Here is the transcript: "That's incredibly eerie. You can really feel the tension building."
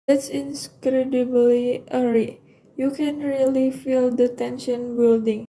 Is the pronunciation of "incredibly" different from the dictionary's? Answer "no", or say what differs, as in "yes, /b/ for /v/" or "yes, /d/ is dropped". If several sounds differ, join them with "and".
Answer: no